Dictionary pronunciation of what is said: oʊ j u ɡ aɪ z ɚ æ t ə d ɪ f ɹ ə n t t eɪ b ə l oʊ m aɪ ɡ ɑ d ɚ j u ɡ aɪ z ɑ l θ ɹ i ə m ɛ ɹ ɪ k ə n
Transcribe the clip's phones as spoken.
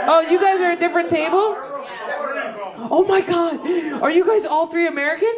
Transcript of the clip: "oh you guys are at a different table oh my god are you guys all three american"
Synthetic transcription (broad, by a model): oʊ j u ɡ aɪ z ɚ ə d ɪ f ɹ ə n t t eɪ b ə l oʊ m aɪ ɡ ɑ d ɚ j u ɡ aɪ z ɑ l θ ɹ i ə m ɛ ɹ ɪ k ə n